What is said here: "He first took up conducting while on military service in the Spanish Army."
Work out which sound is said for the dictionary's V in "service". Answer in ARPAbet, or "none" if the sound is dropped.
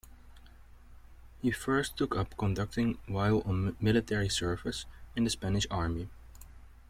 F